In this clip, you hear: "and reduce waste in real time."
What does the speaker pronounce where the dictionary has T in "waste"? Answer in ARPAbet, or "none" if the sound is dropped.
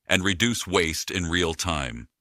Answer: T